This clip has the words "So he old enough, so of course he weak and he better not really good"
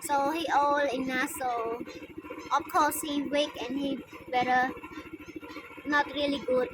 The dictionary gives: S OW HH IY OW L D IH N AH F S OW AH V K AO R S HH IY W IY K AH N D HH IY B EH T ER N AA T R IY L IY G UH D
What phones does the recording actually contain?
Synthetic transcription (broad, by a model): S OW HH IY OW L IH N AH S OW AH F K AO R S HH IY W IY K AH N HH IY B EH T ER N AA T R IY L IY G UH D